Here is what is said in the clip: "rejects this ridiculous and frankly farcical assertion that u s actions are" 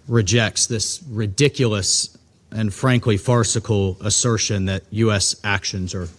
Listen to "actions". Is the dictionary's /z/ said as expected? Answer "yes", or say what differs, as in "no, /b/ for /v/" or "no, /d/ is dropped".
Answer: yes